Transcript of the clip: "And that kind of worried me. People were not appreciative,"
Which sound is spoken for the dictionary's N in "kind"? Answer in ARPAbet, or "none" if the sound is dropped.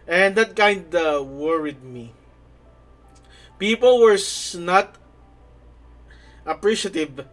N